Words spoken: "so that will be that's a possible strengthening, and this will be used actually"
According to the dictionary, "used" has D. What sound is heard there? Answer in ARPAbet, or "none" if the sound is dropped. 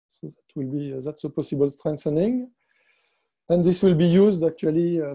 D